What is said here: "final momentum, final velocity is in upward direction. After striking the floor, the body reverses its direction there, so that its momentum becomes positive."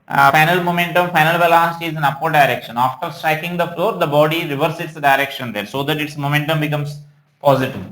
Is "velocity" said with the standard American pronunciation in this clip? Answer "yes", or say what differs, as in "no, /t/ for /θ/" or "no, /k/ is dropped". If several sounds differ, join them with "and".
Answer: no, /b/ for /v/